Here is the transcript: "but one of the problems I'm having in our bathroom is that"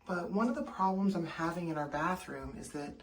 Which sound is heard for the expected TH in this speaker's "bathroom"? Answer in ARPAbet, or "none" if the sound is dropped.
TH